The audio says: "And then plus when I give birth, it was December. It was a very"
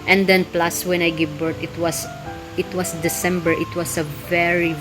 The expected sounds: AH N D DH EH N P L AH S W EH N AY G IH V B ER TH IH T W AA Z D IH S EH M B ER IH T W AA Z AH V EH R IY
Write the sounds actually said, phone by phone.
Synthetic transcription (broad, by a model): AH N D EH N P L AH S W EH N AY G IH V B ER T IH T W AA S D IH S EH M B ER IH T W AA S AH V EH R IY